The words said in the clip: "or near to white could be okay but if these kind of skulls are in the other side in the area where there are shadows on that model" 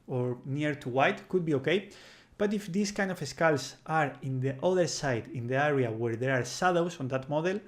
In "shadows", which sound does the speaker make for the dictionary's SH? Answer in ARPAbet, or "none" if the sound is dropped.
S